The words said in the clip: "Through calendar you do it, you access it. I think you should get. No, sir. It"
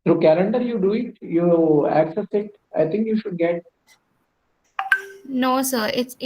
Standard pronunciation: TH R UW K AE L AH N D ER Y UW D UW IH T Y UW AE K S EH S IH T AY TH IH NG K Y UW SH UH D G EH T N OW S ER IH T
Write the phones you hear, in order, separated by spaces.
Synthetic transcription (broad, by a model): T R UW K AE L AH N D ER Y UW D UW IH T Y UW AE K S EH S IH T AY T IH NG K Y UW SH UH D G EH T N OW S ER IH T